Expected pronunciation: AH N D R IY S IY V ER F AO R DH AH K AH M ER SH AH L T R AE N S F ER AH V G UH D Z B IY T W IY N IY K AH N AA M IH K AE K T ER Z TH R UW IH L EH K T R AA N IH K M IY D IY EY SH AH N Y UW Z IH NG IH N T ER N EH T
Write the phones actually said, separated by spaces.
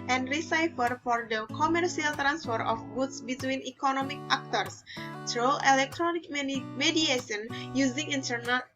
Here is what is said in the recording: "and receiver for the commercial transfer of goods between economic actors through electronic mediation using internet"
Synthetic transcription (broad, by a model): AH N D R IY S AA F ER F AO R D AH K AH M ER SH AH L T R AE N S F ER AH F G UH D S B IY T W IY N IY K AH N AA M IH K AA K T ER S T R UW IH L EH K T R AA N IH K M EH D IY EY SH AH N Y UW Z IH NG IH N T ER N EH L